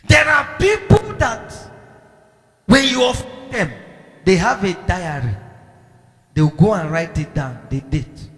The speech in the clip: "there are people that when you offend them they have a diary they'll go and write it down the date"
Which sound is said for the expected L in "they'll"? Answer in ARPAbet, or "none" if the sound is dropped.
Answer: W